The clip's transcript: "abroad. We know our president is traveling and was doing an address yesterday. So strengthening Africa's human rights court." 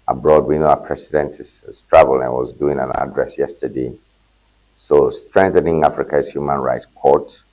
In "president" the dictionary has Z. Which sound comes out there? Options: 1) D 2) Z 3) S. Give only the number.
3